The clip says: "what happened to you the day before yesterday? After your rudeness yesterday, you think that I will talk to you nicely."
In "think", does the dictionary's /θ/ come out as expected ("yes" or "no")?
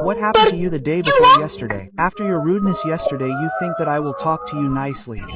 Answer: yes